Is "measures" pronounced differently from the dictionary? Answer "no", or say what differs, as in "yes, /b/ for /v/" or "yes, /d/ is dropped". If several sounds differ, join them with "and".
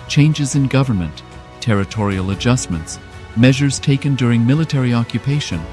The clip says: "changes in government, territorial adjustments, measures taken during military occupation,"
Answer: no